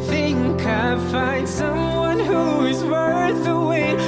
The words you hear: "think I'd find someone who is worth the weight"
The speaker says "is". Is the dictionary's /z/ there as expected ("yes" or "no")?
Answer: yes